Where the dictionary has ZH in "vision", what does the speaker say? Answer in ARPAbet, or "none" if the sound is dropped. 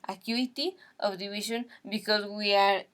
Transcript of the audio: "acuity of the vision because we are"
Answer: SH